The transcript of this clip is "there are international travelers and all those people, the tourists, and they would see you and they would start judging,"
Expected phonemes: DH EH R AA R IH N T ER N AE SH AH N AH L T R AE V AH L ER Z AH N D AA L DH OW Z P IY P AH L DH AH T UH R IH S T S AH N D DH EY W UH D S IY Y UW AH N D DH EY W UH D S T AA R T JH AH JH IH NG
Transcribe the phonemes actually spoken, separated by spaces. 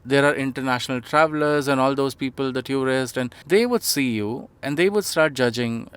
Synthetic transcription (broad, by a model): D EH R AA R IH N T ER N AE SH AH N AH L T R AE V AH L ER Z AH N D AA L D OW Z P IY P AH L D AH T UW R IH S T AH N D EY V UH D S IY Y UW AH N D EY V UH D S T AA R T JH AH JH IH NG